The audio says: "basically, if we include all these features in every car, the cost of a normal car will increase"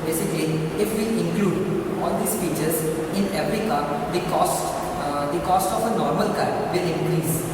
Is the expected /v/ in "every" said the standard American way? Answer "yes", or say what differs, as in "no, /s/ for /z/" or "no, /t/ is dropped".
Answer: no, /f/ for /v/